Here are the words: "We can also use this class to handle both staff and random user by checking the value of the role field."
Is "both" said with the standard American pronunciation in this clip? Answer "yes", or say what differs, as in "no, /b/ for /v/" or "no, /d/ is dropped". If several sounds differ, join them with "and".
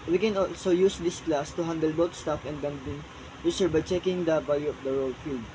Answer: no, /t/ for /θ/